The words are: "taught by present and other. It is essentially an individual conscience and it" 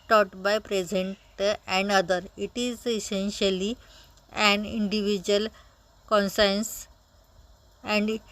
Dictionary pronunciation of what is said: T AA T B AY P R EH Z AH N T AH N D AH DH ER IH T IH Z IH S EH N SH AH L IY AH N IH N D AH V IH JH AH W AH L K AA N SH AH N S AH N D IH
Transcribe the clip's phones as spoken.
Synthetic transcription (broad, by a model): T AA T B AY P R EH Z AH N T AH N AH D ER IH T IH Z IH S EH N SH AH L IY AH N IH N D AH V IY JH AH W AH L K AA N S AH N S AH N D